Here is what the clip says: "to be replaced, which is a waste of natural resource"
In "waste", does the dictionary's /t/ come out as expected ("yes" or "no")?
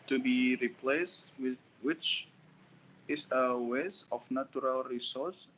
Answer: no